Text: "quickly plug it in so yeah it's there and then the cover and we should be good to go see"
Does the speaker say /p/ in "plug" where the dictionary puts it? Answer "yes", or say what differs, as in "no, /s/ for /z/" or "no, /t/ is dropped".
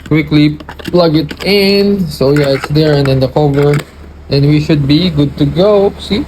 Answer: yes